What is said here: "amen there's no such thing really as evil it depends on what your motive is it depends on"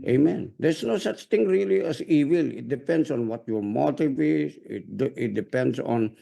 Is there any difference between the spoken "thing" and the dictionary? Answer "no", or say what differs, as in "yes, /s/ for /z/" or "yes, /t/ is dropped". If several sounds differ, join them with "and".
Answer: yes, /t/ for /θ/